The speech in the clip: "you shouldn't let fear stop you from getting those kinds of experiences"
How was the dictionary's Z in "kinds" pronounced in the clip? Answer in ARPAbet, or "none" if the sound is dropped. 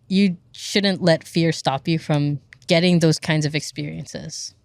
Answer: Z